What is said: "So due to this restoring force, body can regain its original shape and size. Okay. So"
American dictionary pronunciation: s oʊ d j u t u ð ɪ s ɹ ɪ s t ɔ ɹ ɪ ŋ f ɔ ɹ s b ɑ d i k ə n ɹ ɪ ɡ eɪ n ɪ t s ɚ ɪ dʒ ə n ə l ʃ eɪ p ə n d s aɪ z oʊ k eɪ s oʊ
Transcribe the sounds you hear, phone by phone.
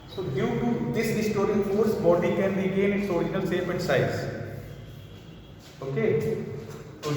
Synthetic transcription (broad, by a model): s oʊ d j u t u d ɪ s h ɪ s t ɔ ɹ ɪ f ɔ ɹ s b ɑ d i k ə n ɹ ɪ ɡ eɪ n ɪ t s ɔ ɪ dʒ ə n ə l s eɪ f ə n d s aɪ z oʊ k eɪ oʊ